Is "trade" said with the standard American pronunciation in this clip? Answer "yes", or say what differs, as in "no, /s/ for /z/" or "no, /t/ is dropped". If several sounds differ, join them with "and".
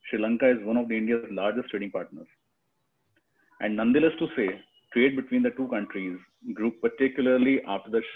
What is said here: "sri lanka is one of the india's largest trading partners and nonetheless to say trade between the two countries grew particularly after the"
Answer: yes